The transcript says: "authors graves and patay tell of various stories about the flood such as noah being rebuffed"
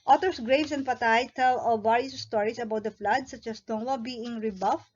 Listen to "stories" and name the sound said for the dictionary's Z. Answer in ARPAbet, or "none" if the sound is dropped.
S